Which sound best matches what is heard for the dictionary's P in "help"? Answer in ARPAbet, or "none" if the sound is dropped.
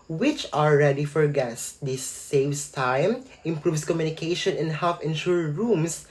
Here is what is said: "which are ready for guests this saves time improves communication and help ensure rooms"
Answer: F